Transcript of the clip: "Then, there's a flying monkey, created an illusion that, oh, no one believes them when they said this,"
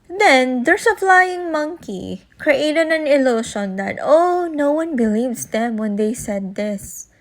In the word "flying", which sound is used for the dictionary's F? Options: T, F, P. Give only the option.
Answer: P